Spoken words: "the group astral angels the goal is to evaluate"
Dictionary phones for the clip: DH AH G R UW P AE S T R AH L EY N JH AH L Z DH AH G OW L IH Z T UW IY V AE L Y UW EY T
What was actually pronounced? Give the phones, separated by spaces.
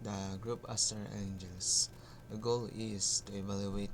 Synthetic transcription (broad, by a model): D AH G R UW P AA S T AH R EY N JH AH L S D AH G OW L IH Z T UW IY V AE L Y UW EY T